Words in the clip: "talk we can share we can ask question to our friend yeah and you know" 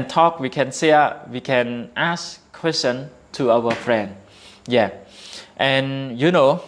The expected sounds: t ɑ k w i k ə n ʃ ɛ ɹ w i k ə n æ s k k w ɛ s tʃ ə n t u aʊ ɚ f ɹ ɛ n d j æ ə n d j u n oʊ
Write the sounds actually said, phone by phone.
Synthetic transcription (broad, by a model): t ɑ k w i k ə n s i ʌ w i k ə n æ s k k w ɛ s tʃ ə n t u aʊ ɚ f ɹ ɛ n d j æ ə n j u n oʊ